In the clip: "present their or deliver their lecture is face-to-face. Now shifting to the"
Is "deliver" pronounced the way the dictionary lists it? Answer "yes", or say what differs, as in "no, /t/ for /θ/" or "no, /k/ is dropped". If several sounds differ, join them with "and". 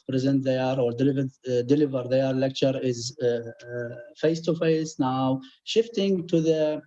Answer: yes